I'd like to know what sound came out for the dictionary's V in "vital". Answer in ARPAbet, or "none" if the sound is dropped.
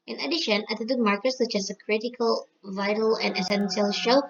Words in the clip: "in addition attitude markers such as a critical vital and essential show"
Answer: V